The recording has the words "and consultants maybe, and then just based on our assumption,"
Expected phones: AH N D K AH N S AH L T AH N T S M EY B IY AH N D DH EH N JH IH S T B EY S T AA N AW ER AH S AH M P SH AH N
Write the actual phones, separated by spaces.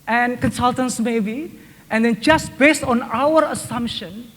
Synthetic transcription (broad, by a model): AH N K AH N S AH L T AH N S M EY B IY AH N D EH N JH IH S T B EY S T AA N AW ER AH S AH M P SH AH N